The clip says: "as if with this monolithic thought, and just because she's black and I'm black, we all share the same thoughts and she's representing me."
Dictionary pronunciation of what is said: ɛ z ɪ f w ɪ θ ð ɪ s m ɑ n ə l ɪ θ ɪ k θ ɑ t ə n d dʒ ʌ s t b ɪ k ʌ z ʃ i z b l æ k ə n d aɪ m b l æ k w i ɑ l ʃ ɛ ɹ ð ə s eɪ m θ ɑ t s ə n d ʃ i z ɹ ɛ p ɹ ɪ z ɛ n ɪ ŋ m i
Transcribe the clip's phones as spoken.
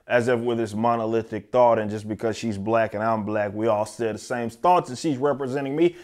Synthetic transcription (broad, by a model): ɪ z ɪ f w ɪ ð ɪ s m ɑ n ə l ɪ θ ɪ k θ ɑ t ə n dʒ ʌ s b ɪ k ʌ z ʃ i z b l æ k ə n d aɪ m b l æ k w i ɑ l s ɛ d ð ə s eɪ m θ ɑ t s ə ʃ i z ɹ ɛ p ɹ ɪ z ɛ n ɪ ŋ m i